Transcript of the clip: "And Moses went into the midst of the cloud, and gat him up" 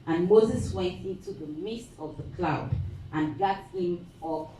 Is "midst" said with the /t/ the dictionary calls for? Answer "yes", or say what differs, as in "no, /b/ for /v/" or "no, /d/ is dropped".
yes